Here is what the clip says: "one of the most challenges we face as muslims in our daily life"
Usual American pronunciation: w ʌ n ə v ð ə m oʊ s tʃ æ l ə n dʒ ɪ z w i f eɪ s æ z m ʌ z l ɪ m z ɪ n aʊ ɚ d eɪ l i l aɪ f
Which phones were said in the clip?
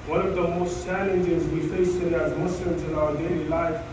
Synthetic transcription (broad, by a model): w ʌ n ə v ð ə m oʊ s tʃ æ l ə n dʒ ɪ z w i f eɪ s æ z m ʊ s l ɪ m z ɪ n aʊ ɚ d eɪ l i l aɪ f